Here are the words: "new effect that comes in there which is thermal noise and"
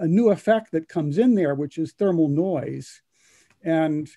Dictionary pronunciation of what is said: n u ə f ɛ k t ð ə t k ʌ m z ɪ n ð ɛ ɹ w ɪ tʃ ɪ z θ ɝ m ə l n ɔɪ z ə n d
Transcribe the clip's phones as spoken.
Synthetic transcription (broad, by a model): n u ə f ɛ k t ð ə t k ʌ m z ɪ n ð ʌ ɹ w ɪ tʃ ɪ z θ ɝ m l n ɔɪ z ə n